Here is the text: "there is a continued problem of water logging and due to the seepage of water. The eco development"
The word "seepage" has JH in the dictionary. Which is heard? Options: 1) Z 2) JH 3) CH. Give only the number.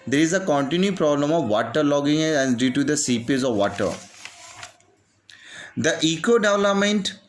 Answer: 1